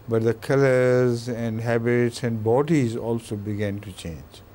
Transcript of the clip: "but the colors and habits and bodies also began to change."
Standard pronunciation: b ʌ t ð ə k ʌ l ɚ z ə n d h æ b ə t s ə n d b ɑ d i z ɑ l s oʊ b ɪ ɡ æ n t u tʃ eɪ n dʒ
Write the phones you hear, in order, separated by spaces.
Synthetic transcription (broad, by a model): b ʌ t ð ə k ʌ l ɚ z ə n d h æ b ə t s ə n d b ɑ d i z ɑ l s oʊ b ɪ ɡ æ n t u tʃ eɪ n dʒ